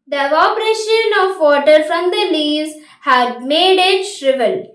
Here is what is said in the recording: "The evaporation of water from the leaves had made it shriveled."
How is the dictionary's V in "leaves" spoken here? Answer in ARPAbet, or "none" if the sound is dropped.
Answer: none